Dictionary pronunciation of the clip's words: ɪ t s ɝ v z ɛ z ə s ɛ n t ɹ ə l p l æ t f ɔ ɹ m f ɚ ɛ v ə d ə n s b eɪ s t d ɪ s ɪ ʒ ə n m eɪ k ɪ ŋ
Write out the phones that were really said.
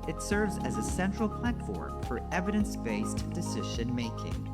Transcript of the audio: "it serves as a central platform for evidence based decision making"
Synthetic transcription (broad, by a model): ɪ t s ɝ v z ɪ z ə s ɛ n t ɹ l p l æ t f ɔ ɹ m f ɚ ɛ v ə d ə n s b eɪ s t d ɪ s ɪ ʒ ə n m eɪ k ɪ ŋ